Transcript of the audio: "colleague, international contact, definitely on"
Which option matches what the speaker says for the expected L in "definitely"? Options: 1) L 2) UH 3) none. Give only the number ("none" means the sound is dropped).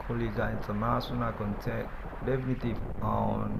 3